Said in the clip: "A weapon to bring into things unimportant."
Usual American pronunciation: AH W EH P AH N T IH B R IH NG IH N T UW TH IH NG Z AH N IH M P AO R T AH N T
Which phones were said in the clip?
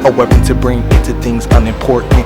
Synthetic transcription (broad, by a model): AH W EH P AH N T IH B R IH NG IH N T UW TH IH NG Z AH N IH M P AO R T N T